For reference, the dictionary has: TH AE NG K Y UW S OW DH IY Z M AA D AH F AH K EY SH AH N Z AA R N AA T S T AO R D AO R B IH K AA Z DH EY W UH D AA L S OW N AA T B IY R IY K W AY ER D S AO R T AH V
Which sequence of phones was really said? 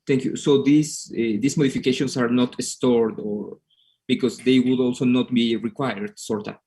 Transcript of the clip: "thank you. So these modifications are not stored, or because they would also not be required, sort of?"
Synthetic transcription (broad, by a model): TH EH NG K Y UW S OW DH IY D M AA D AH F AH K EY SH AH N S AA R N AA T S T AO R D AO R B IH K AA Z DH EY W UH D AA L S OW N AA T B IY R IY K W AY ER D S AO R T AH